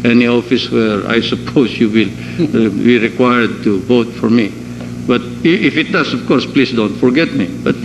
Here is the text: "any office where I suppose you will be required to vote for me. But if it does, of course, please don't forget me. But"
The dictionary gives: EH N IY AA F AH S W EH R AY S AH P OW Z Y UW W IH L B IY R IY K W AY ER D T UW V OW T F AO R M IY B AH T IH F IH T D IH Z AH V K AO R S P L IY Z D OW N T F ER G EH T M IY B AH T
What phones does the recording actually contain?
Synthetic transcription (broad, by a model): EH N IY AA F AH S W EH R AY S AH P OW S Y UW W IH L B IY R IY K W AY ER D T UW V OW T F AO R M IY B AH T IH F IH T D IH S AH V K AO R S P L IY S D OW N T F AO G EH T M IY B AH T